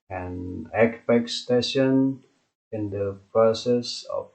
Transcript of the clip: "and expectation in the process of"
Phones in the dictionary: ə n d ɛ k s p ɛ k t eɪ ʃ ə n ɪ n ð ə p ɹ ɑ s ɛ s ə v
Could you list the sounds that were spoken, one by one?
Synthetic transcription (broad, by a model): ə n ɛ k p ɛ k t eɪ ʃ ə n ɪ n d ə p ɹ ɑ s ɛ s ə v